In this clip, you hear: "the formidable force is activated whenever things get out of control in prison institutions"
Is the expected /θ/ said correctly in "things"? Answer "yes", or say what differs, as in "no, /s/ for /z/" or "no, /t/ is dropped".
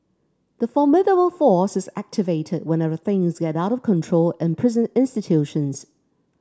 yes